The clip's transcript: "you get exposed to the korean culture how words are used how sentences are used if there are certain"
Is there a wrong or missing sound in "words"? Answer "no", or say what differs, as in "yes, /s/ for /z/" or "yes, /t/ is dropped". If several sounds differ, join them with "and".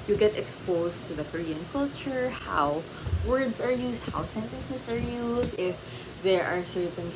yes, /s/ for /z/